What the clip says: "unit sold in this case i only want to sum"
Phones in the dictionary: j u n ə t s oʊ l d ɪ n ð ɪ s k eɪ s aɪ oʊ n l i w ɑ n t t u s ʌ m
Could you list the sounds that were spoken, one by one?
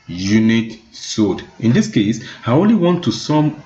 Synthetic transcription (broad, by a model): j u n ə t s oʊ d ɪ n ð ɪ s k eɪ s aɪ oʊ n l i w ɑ n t t u s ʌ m